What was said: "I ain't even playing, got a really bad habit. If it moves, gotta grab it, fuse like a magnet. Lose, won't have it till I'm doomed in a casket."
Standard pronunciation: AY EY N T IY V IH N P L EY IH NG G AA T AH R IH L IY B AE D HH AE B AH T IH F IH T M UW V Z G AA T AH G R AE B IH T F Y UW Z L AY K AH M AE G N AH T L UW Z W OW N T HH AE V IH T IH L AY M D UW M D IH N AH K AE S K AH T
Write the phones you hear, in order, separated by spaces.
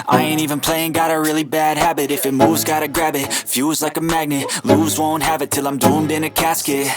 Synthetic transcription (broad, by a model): AY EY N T IY V IH N P L EY IH NG G AA T AH R IH L IY B AE D HH AE B AH T IH F IH T M UW V Z G AA T AH G R AE B IH T F Y UW Z L AY K AH M AE G N AH T L UW Z W OW N T HH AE V IH T IH L AY M D UW M D IH N AH K AE S K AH T